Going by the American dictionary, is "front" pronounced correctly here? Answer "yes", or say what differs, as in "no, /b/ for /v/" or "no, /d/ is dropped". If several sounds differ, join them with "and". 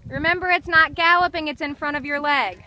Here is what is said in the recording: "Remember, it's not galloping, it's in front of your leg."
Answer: no, /n/ is dropped